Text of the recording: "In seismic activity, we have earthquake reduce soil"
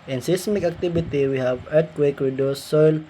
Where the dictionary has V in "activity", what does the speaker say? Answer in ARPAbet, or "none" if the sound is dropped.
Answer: B